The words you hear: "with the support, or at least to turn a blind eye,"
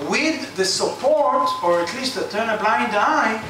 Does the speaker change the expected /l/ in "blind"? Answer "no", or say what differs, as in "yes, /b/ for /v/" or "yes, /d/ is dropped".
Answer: no